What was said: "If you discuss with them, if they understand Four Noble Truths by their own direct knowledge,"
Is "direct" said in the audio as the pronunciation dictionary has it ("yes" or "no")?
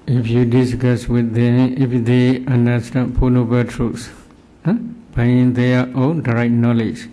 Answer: no